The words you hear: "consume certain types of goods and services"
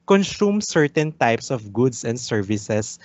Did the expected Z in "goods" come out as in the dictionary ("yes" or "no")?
no